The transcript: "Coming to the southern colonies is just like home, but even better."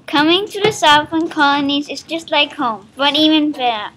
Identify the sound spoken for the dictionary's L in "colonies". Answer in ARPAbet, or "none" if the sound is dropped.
L